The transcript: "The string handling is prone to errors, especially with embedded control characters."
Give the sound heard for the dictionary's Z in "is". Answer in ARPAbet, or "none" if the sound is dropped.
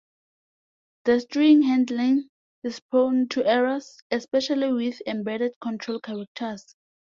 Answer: S